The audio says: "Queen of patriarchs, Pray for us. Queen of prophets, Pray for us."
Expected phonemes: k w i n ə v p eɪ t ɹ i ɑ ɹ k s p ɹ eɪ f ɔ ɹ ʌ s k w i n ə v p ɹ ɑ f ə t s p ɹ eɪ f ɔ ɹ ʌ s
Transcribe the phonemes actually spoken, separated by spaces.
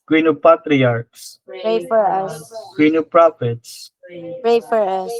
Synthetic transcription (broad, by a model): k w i n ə p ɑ t ɹ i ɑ ɹ k s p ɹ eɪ f ɔ ɹ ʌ s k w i n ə p ɹ ɑ f ə t s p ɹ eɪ f ɔ ɹ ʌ s